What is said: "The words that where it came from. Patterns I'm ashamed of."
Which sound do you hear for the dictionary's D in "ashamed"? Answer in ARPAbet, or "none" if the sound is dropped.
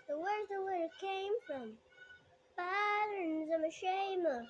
none